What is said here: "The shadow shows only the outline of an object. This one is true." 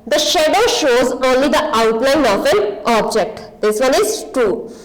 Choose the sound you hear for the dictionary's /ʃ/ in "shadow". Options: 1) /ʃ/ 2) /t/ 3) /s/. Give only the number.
1